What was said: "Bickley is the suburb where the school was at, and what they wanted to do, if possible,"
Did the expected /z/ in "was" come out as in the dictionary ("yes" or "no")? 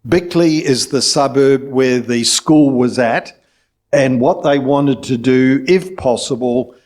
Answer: yes